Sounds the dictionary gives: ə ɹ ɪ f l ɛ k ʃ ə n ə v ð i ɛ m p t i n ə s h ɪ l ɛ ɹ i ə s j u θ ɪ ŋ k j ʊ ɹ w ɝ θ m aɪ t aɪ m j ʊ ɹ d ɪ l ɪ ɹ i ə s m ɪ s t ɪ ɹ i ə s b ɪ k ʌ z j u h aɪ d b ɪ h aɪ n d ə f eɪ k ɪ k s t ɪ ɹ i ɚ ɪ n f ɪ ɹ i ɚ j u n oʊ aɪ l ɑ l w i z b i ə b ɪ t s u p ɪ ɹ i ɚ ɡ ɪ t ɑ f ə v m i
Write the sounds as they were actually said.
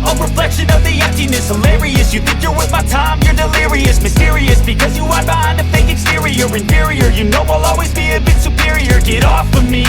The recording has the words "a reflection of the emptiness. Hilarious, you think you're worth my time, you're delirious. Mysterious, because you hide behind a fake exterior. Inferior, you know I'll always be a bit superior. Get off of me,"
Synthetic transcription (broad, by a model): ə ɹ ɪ f l ɛ k ʃ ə n ə v ð i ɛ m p t i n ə s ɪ l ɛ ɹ i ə s j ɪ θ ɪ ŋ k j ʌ ɹ w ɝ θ m aɪ t aɪ m j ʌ ɹ d ɪ l ɪ ɹ i ə s m ɪ s t ɪ ɹ i ə s b ɪ k ʌ z j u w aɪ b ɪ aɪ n ə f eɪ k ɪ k s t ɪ ɹ i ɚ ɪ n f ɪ ɹ i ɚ j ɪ n oʊ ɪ l ɑ l w i z b i ə b ɪ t s u p ɪ ɹ i ɚ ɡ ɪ t ɑ f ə m i